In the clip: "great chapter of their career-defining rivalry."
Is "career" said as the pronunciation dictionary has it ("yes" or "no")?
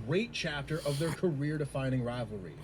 yes